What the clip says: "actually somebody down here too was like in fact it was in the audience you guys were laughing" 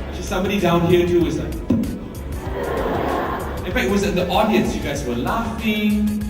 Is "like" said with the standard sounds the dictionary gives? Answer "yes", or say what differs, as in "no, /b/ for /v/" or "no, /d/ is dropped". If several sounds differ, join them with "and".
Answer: no, /k/ is dropped